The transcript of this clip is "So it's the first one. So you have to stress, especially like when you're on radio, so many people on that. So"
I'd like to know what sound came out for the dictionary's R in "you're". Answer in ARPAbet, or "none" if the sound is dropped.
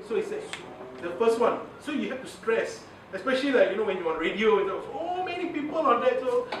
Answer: W